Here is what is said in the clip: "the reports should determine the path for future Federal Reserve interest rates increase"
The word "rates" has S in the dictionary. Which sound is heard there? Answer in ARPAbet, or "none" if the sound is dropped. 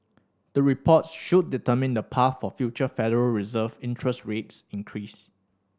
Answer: S